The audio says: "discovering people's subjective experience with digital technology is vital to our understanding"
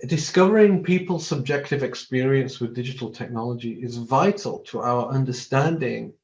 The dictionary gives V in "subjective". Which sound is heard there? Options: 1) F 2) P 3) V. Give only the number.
3